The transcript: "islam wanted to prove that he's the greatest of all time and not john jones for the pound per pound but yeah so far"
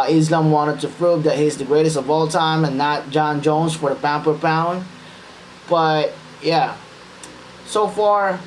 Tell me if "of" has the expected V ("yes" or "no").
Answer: yes